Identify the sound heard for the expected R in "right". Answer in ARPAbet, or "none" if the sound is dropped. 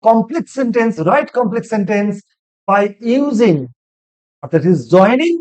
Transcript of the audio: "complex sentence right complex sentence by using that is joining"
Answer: R